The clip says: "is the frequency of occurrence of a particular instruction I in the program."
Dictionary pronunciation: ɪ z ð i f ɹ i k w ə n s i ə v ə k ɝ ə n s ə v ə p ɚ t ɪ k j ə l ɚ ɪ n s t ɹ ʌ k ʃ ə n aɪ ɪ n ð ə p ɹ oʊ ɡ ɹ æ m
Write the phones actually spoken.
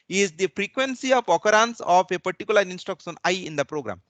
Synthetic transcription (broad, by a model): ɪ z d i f ɹ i k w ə n s i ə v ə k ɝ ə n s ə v ə p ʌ t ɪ k j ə l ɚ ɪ n s t ɔ k s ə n aɪ ɪ n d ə p ɹ oʊ ɡ ɹ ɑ m